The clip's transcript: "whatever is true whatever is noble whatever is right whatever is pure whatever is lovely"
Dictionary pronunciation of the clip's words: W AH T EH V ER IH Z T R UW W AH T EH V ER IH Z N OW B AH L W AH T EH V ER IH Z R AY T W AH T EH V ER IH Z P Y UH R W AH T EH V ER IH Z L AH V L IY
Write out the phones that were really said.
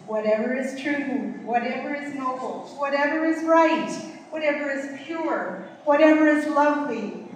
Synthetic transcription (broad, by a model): W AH T EH V ER IH Z T R UW W AH T EH V ER IH Z N OW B L W AH T EH V ER IH Z R AY T W AH T EH V ER IH Z P Y UH R W AH T EH V ER IH Z L AH V L IY